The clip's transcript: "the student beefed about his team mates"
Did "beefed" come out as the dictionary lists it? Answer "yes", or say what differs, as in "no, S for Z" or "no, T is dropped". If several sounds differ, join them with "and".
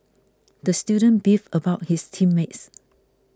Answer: no, T is dropped